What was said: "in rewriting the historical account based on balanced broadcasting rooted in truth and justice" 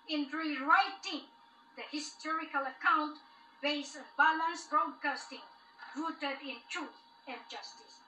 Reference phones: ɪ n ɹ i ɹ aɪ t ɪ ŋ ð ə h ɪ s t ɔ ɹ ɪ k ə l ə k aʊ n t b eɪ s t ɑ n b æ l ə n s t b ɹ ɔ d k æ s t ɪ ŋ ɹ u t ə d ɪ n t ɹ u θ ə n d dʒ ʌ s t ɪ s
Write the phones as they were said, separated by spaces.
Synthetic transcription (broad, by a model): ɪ n ɹ i ɹ aɪ t ɪ ŋ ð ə h ɪ s t ɔ ɹ ɪ k ə l ə k aʊ n t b eɪ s ɑ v b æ l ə n s b ɹ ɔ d k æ s t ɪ ŋ ɹ u t ə d ɪ n t ɹ u θ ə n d dʒ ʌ s t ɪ s